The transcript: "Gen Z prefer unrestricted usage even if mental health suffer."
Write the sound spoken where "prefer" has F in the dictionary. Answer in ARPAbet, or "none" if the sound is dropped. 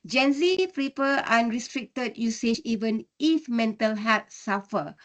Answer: P